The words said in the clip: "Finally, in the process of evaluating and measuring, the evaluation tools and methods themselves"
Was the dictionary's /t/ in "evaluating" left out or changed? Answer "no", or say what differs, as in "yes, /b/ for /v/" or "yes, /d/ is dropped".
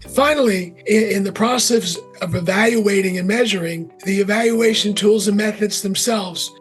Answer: no